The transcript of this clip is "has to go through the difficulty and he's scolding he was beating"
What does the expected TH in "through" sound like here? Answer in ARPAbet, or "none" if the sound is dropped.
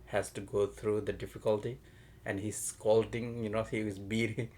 T